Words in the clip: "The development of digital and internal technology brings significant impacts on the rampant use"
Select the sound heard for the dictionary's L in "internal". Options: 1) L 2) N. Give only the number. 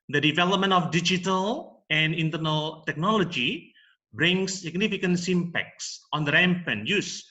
1